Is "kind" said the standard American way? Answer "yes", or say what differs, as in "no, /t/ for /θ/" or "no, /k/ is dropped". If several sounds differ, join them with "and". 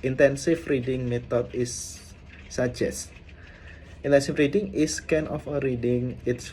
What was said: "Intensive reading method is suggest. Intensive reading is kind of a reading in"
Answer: no, /d/ is dropped